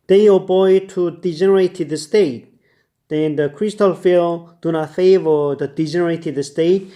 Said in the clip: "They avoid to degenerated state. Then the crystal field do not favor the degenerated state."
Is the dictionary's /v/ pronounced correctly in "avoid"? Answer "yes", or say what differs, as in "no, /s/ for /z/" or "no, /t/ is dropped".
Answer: no, /b/ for /v/